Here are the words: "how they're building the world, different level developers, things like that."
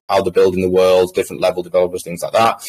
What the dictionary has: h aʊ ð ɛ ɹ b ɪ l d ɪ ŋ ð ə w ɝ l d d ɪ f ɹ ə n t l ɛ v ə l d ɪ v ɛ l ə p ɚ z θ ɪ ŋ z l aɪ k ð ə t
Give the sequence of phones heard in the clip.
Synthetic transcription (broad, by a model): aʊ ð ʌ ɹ b ɪ l d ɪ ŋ ð ə w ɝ l d d ɪ f ɹ ə n t l ɛ v ə l d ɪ v ɛ l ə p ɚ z θ ɪ ŋ z l aɪ k ð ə t